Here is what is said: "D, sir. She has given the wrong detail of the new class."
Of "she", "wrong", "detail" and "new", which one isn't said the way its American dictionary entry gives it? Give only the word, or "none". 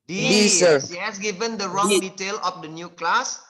she